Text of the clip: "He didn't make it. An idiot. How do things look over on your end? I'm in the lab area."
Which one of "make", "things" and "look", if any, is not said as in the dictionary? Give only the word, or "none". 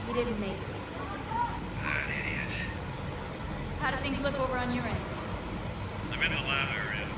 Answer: none